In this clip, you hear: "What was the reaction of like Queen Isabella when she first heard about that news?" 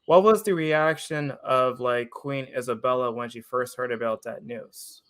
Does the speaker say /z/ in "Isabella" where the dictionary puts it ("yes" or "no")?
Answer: yes